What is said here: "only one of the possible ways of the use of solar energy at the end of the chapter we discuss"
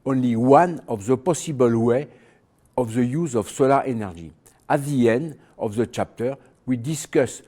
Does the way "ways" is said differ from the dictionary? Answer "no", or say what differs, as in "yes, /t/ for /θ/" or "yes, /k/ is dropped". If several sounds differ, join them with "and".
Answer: yes, /z/ is dropped